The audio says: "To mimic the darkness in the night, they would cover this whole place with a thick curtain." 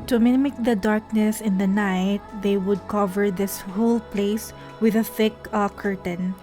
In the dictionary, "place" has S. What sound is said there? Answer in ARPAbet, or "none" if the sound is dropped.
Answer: S